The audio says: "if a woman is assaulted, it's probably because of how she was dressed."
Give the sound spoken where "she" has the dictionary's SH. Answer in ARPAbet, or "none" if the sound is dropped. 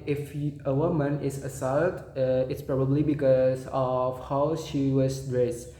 SH